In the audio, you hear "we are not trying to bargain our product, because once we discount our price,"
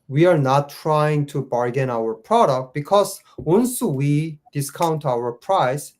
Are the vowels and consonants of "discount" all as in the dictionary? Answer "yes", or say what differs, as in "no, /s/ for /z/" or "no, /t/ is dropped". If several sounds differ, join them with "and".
yes